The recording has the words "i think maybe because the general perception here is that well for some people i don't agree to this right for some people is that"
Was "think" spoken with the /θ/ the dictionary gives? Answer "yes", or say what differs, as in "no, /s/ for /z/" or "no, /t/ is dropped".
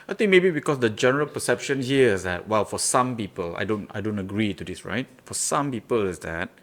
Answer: no, /t/ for /θ/